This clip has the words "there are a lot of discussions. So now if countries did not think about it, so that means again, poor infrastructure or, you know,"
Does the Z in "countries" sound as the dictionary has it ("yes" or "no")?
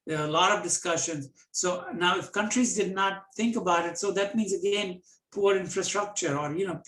yes